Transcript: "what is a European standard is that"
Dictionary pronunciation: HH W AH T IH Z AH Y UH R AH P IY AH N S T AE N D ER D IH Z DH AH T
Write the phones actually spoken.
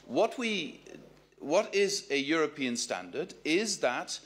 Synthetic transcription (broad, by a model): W W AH T IH Z AH Y UH R AH P IY AH N S T AE N D ER D IH Z DH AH T